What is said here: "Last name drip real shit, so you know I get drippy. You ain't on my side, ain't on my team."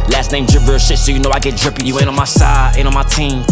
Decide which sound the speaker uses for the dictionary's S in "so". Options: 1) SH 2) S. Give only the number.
2